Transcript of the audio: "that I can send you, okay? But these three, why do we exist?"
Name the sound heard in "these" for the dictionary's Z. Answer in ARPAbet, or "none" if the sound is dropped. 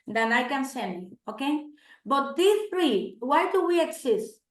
none